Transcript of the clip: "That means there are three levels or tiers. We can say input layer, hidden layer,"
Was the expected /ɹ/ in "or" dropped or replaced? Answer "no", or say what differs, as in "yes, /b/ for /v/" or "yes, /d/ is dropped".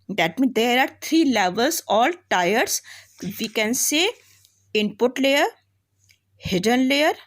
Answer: yes, /l/ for /ɹ/